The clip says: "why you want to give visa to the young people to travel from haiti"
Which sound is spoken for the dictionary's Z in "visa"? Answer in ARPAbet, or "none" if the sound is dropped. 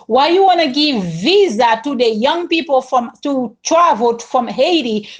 Z